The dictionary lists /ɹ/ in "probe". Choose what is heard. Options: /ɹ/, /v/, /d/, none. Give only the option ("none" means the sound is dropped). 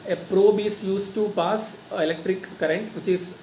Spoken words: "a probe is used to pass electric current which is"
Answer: /ɹ/